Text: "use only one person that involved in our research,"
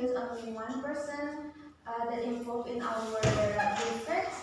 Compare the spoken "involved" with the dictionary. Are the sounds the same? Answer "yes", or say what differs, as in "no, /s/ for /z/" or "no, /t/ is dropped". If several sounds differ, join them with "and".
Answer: no, /d/ is dropped